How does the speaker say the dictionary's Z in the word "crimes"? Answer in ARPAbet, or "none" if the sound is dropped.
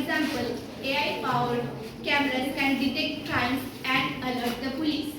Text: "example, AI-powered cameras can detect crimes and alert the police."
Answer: none